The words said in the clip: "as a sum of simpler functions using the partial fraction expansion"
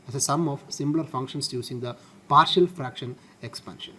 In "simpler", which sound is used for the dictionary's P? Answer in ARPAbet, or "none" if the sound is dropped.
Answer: B